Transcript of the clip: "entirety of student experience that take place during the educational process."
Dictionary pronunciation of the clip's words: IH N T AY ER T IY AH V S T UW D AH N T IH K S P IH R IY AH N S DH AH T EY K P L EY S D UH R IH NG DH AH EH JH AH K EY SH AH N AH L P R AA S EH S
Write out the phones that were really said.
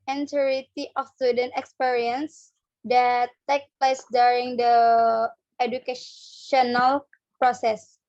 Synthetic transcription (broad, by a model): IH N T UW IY T IY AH F S T UW D AH N T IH K S P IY R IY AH N S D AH T EY K P L EY S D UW R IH NG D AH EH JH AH K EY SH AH N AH L P R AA S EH S